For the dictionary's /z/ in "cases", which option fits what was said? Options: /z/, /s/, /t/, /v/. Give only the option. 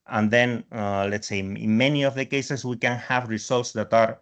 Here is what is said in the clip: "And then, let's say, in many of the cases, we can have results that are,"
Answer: /s/